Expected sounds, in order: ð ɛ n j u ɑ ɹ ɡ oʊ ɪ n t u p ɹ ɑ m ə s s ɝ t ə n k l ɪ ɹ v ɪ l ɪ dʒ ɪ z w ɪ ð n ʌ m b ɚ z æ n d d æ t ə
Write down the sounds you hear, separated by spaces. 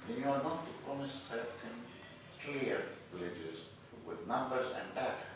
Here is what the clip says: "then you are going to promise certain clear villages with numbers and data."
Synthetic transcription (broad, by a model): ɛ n j u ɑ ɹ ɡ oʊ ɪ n t u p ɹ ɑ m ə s s ɝ t ə n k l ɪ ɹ v ɪ l ɪ dʒ ɪ z w ɪ ð n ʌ m b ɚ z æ n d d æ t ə